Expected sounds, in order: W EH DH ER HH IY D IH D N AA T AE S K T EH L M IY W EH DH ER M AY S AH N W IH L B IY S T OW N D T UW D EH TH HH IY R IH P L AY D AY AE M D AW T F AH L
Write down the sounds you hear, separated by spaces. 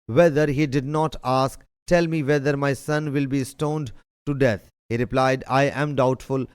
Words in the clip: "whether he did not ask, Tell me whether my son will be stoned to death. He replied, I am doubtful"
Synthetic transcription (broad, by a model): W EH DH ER HH IY D IH D N AA T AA S K T EH L M IY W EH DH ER M AY S AH N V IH L B IY S T OW N D T UW D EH T HH IY R IH P L AY D AY AE M D AW T F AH L